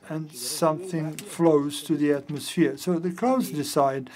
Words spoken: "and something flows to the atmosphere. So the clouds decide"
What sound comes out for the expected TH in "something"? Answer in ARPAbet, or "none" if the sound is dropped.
TH